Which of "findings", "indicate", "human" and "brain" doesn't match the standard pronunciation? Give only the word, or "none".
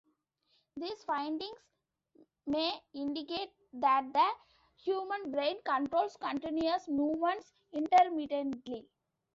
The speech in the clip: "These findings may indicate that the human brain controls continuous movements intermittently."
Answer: findings